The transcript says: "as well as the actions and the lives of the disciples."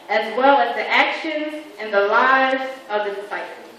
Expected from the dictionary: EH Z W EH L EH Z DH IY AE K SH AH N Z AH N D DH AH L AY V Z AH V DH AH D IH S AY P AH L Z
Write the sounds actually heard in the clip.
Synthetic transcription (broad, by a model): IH Z W EH L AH Z DH IY AE K SH AH N Z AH N DH AH L AY V Z AH V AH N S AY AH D